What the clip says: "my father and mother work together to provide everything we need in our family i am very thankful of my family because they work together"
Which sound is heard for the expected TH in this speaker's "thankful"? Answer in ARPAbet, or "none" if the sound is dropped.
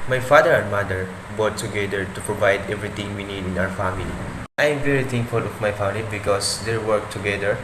T